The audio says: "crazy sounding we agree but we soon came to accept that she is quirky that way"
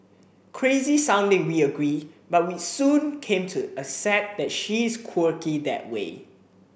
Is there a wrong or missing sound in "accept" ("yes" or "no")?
yes